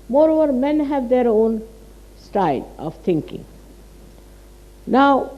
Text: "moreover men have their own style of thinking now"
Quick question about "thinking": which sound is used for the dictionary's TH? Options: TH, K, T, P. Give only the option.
T